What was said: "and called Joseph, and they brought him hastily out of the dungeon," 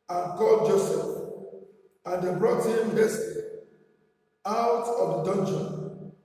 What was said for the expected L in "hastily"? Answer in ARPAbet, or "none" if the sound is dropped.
none